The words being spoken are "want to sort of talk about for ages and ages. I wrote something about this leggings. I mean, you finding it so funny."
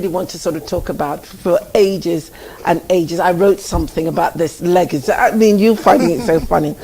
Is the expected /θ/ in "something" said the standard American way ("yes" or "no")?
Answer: yes